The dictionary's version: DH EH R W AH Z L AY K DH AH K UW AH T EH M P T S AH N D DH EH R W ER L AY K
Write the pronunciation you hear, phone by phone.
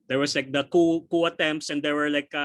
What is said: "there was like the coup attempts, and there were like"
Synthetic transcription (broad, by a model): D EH R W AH S L AY K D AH K UW AH T EH M P T S AH N D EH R W ER L AY K